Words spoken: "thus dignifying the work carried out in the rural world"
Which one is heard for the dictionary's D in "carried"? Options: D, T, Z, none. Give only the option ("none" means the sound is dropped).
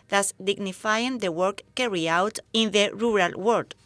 none